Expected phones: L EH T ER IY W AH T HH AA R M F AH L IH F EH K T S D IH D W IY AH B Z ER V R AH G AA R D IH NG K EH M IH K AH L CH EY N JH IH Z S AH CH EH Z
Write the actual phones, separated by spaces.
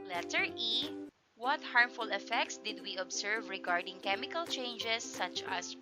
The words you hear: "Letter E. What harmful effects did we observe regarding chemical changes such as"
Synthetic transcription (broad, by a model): L EH T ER IY W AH T HH AA R M F AH L IH F EH K T S D IH D W IY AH B S ER V R AH G AA R D IH NG K EH M IH K AH L CH EY N JH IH S AH CH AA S